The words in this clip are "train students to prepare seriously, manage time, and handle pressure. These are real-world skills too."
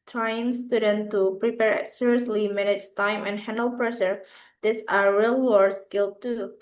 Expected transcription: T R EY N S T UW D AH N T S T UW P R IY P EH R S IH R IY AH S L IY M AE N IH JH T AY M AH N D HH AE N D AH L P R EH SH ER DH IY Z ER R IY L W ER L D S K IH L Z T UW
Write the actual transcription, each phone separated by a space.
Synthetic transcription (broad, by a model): T R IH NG S T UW D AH N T T UW P R IY P EH R S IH R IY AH S L IY M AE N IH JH T AY M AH N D HH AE N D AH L P R EH SH ER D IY S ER R IY L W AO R S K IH L T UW